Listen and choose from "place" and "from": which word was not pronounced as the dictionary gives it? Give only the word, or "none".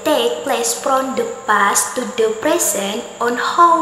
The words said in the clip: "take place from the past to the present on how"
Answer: from